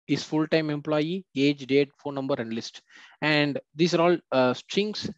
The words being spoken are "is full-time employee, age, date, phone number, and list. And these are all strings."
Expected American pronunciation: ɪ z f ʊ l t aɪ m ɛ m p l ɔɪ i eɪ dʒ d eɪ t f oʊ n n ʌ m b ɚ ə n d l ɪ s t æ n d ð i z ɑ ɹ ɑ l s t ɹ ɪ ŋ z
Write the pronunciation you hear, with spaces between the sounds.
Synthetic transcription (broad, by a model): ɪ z f ʊ l t aɪ m ɛ m p l ɔɪ i eɪ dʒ d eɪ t f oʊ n n ʌ m b ɚ ə n d l ɪ s t æ n d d i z ɑ ɹ ɑ l s t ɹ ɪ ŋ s